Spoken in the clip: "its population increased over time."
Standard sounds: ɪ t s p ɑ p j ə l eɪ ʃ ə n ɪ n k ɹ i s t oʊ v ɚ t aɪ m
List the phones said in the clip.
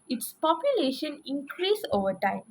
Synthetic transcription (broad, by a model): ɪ t s p ɑ p j ə l eɪ ʃ ə n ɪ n k ɹ i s oʊ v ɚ t aɪ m